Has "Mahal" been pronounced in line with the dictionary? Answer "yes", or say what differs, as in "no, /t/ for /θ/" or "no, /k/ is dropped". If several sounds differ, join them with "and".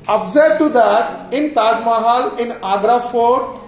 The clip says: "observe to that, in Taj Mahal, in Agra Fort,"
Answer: yes